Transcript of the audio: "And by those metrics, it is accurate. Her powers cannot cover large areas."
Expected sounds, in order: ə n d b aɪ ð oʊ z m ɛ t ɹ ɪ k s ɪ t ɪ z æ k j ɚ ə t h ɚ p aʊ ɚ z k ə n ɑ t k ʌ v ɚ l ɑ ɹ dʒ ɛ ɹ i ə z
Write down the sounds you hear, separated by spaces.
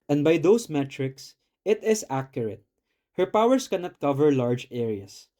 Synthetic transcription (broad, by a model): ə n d b aɪ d oʊ s m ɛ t ɹ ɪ k s ɪ t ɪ s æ k j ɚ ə t h ɚ p aʊ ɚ s k ə n ɑ t k ʌ v ɚ l ɑ ɹ dʒ ɛ ɹ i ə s